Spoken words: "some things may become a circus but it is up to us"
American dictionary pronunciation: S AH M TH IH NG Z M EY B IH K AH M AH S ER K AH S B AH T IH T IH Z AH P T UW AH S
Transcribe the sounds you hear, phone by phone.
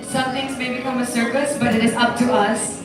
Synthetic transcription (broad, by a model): S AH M T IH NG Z M EY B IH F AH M AH S ER K AH S B AH T IH T IH Z AH P T UW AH S